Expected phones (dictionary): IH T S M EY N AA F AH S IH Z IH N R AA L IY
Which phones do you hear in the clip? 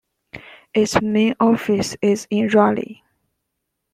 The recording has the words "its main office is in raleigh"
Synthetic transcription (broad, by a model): IH T S M EY N AA F AH S IH Z IH N R AA L IY